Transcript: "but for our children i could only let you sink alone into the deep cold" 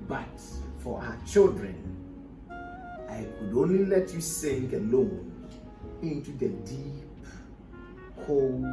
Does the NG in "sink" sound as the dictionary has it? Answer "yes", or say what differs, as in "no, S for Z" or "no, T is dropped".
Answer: yes